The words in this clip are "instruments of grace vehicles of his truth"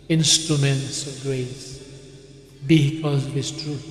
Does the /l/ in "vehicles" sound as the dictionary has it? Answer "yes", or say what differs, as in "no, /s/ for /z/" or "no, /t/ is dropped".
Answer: no, /l/ is dropped